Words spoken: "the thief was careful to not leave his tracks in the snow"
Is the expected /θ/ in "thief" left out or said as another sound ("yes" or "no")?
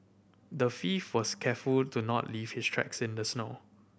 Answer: yes